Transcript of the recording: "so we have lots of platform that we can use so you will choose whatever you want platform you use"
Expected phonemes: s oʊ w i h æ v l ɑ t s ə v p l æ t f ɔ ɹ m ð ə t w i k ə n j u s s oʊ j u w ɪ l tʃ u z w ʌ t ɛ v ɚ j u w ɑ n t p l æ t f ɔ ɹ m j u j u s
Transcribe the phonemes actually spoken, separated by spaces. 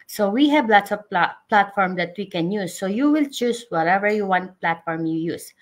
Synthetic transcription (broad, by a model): s oʊ w i h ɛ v l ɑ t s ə p p l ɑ t f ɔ ɹ m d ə t w i k ə n j u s s oʊ j u w ɪ l tʃ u s w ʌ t ɛ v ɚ j u w ɑ n t p l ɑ t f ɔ ɹ m j u j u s